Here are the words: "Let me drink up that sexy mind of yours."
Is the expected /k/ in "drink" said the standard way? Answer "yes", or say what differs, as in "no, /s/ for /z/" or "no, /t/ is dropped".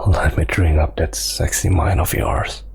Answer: no, /k/ is dropped